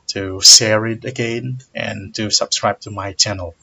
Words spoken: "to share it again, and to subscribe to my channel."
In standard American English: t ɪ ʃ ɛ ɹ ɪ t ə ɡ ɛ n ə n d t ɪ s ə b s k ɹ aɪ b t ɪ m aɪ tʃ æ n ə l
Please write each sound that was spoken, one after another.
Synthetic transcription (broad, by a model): t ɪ s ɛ ɹ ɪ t ə ɡ ɛ n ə n t ɪ s ə b s k ɹ aɪ b t ɪ m aɪ tʃ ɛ n l